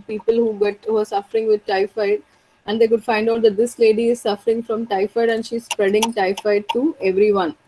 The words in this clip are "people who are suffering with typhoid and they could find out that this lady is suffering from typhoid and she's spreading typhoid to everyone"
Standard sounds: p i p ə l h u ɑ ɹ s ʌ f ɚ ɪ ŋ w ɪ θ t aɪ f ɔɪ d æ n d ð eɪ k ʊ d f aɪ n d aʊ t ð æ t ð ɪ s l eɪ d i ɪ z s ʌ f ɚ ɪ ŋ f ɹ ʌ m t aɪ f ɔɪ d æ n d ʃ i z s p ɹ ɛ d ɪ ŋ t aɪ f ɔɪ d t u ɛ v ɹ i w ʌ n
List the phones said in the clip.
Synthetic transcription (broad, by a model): p i p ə l h u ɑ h s ʌ f ɚ ɪ ŋ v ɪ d t aɪ f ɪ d æ n d eɪ k ʊ d f aɪ n d aʊ t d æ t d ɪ s l eɪ d i ɪ z s ʌ f ɚ ɪ ŋ f ɹ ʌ m t aɪ f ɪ d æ n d ʃ i z s p ɹ ɛ d ɪ ŋ t aɪ f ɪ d t u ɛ v ɹ i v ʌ n